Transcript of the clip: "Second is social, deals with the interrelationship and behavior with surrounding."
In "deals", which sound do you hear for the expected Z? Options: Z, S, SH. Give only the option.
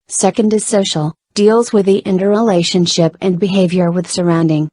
Z